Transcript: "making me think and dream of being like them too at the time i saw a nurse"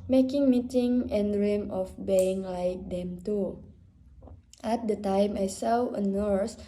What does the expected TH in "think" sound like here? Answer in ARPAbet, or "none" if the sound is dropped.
T